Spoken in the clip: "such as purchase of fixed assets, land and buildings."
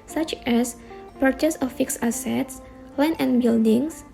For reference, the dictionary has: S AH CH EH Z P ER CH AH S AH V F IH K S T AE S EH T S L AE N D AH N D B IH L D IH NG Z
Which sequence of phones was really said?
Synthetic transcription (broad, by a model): S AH CH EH S P ER CH AH S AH F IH K S AA S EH T S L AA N AH N B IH L D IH NG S